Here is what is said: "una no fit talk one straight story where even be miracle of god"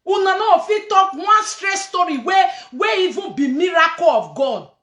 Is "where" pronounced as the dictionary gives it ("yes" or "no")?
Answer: no